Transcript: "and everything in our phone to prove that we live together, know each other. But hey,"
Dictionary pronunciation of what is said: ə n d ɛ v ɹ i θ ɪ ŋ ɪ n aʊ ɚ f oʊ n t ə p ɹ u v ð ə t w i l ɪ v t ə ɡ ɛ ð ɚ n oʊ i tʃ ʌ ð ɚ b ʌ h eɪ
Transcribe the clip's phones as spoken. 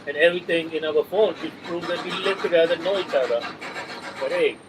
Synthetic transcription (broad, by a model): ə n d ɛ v ɹ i t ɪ ŋ ɪ n aʊ ɚ f oʊ n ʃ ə p ɹ u v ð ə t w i l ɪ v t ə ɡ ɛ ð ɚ n oʊ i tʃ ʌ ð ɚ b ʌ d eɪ